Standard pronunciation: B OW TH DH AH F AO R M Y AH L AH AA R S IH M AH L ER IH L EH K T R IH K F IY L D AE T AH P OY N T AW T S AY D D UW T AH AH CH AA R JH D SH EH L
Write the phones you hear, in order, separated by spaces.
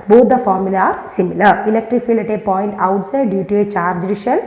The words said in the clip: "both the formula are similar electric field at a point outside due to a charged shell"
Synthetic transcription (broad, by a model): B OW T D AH F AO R M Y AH L AA R S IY M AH L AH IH L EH K T R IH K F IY L AH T AH P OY N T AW T S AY D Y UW T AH AH CH AA R JH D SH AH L